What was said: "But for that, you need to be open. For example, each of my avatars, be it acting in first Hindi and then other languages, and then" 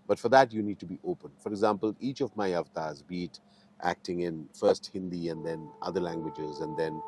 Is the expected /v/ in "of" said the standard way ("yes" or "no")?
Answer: yes